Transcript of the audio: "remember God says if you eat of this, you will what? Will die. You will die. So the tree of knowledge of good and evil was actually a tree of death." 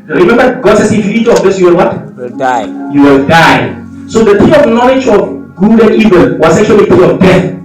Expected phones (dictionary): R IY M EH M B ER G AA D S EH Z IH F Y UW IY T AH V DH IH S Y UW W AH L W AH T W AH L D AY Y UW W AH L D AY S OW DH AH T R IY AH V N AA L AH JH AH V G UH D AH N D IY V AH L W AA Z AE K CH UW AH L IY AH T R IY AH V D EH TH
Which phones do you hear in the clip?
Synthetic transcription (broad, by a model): R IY M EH M B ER G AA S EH S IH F Y UW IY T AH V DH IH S Y UW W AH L W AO T Y UW W AH L D AY S OW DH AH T IY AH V N AA L AH JH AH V G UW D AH N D IY V AH L W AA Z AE K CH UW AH L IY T IY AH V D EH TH